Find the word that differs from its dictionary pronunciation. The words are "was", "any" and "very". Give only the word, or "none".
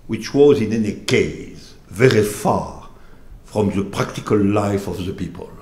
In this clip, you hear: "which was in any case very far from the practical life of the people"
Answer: none